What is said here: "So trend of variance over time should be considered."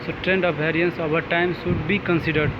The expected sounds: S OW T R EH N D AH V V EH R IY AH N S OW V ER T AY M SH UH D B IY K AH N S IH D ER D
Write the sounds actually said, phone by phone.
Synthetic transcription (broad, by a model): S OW T R EH N D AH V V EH R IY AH N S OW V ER T AY M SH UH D B IY K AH N S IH D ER D